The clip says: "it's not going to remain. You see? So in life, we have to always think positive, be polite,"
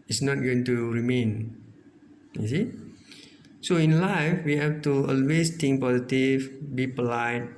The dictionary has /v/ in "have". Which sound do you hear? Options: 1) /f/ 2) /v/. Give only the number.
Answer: 1